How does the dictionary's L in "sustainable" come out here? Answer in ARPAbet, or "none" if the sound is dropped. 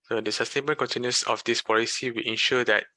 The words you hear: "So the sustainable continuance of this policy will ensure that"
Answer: N